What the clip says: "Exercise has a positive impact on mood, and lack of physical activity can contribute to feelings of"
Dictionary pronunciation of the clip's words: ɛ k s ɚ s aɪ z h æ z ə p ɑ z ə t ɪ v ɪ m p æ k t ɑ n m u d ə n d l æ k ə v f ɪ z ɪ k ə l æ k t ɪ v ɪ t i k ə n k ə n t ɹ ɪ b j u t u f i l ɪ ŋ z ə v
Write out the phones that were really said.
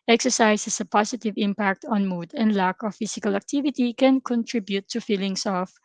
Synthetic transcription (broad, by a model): ɛ k s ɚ s aɪ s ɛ s ə p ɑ s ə t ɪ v ɪ m p æ k t ɑ n m u d ə n d l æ k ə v f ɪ s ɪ k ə l æ k t ɪ v ɪ t i k ə n k ə n t ɹ ɪ b j u t u f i l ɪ ŋ s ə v